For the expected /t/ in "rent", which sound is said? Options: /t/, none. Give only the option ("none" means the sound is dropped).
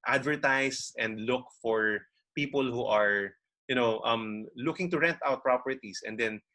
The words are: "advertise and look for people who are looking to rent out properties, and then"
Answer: /t/